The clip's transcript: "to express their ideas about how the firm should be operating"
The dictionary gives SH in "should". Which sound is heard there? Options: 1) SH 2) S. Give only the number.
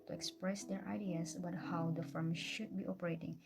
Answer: 1